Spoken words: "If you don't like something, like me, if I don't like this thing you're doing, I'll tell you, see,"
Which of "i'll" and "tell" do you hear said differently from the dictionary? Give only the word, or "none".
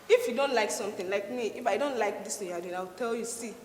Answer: i'll